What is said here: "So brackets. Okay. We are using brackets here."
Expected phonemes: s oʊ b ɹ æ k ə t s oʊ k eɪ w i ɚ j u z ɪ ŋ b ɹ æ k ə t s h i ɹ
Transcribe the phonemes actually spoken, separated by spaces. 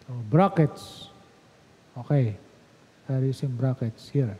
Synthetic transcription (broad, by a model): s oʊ b ɹ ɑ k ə t s oʊ k eɪ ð ɚ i s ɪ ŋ b ɹ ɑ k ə t s h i ɹ